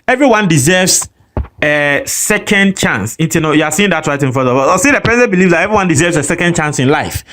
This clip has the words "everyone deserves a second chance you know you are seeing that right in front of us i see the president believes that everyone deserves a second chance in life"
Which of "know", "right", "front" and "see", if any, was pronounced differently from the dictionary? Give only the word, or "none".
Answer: front